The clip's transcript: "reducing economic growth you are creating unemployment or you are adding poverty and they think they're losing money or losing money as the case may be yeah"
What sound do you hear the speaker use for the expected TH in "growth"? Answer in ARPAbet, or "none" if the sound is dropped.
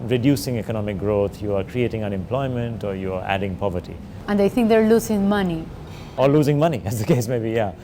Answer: T